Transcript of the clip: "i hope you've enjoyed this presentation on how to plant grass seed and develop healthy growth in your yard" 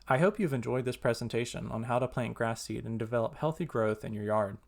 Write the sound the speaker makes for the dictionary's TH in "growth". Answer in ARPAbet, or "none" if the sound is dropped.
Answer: TH